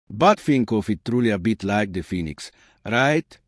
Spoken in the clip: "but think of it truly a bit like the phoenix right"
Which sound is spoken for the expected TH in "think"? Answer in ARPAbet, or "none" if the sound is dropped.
F